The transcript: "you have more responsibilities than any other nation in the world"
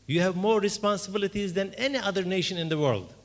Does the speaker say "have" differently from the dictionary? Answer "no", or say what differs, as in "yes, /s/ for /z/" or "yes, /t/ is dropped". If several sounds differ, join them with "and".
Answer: no